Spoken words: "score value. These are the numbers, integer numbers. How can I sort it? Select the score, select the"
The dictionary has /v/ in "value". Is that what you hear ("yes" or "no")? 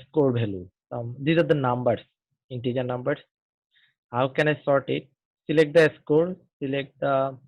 no